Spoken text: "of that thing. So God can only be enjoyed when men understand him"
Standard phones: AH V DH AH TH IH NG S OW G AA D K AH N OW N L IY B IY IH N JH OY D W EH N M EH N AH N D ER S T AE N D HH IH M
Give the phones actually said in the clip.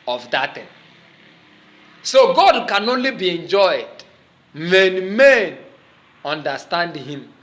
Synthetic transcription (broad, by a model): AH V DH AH T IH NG S OW G AA D K AH N OW N L IY B IY IH N JH OY D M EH N M EH N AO N D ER S T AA N D HH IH M